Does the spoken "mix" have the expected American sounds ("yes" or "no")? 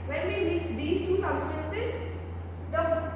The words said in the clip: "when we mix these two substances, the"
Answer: no